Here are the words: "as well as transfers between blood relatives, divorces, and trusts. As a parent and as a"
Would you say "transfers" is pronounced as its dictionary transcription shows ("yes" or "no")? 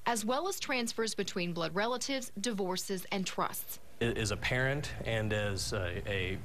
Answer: yes